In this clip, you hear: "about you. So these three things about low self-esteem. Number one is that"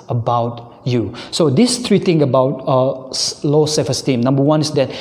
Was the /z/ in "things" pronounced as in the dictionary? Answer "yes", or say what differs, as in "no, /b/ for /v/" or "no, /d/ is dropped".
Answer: no, /z/ is dropped